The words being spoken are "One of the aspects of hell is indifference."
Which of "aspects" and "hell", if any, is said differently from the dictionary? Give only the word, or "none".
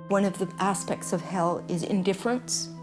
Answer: none